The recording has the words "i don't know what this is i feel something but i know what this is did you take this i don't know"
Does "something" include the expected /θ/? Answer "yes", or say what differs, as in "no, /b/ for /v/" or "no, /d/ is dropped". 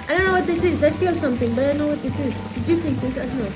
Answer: no, /t/ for /θ/